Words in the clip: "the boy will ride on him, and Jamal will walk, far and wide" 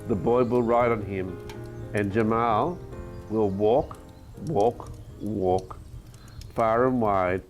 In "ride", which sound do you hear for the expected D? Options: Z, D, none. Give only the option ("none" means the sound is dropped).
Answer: D